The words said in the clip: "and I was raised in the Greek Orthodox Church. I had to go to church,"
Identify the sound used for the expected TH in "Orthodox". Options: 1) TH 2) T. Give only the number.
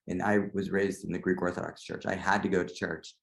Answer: 1